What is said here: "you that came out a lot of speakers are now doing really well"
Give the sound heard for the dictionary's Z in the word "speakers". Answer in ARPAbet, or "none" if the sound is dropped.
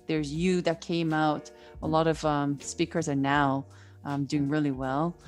Z